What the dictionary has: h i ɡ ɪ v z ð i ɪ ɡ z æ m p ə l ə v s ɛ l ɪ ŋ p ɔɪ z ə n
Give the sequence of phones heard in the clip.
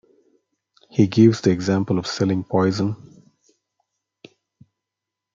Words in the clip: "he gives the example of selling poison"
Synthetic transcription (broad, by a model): h i ɡ ɪ v z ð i ɪ ɡ z æ m p ə l ə v s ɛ l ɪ ŋ p ɔɪ z ə n